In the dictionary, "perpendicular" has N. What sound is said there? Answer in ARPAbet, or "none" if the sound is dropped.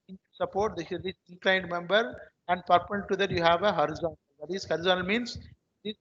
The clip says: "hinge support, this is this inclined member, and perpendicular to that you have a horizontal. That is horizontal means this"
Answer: none